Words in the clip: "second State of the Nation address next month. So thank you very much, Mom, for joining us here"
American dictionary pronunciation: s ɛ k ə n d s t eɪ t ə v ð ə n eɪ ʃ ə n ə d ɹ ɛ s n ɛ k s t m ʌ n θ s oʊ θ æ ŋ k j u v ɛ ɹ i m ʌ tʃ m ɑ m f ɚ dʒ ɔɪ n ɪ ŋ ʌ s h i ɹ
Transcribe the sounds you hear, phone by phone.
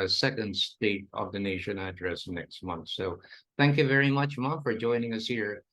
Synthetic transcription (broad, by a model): s ɛ k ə n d s t eɪ t ə v ð ə n eɪ ʃ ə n ə d ɹ ɛ s n ɛ k s t m ʌ n θ s oʊ θ æ ŋ k j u v ɛ ɹ i m ʌ tʃ m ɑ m f ɚ dʒ ɔɪ n ɪ ŋ ʌ s h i ɹ